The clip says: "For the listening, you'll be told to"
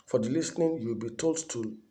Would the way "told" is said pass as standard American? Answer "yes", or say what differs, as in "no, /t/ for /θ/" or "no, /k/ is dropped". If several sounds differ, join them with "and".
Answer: yes